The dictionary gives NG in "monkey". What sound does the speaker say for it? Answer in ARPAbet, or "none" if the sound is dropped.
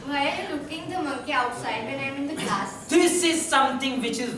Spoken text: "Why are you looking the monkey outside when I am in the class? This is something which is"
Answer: none